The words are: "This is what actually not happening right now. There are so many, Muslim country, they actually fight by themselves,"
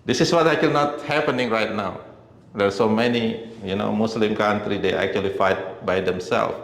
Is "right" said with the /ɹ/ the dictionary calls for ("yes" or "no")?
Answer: yes